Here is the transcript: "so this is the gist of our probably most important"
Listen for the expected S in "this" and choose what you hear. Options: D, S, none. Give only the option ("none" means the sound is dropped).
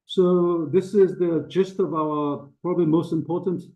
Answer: S